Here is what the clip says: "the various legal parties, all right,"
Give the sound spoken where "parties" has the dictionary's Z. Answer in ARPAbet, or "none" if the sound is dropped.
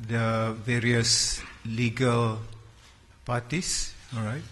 S